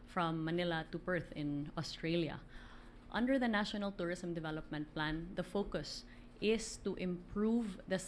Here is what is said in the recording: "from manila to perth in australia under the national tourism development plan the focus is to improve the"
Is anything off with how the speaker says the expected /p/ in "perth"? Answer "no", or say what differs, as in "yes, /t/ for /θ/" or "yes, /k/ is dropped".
yes, /b/ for /p/